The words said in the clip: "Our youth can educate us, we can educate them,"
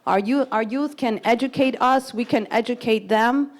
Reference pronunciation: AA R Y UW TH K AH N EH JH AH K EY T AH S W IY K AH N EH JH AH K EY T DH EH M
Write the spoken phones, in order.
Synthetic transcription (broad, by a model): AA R Y UW TH K AH N EH JH AH K EY T AH S W IY K AH N EH JH AH K EY T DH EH M